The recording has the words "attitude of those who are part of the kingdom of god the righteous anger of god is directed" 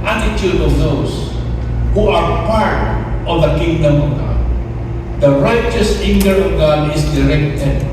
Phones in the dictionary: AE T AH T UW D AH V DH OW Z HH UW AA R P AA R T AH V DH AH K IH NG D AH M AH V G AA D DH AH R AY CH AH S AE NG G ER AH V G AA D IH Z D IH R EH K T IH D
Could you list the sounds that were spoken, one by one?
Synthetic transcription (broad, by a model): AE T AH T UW D AH V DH OW S HH UW AA R P AA R T AH V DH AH K IH NG D AH M AH V G AA D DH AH R AY CH AH S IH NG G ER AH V G AA D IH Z D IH R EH K T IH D